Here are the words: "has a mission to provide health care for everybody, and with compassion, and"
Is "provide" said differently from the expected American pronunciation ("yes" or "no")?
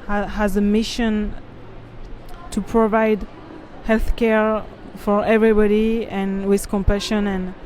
no